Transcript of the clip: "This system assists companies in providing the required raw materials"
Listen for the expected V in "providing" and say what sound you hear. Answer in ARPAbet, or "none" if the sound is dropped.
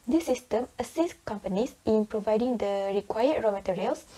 V